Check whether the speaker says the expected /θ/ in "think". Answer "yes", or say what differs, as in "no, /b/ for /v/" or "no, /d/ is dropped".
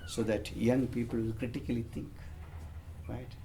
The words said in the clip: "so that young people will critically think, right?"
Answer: no, /t/ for /θ/